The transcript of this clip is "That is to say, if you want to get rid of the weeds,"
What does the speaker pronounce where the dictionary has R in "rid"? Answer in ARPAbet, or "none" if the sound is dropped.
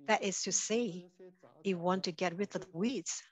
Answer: W